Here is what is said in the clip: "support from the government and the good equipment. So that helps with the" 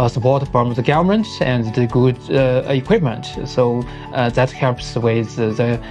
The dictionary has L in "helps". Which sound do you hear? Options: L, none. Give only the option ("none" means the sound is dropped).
none